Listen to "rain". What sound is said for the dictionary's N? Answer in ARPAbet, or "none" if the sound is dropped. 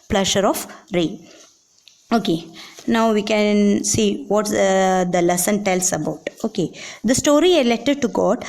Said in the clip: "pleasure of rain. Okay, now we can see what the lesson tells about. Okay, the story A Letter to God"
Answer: none